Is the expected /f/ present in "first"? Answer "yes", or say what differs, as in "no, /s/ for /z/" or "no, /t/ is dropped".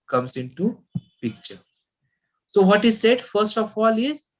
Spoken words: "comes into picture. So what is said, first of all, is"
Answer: yes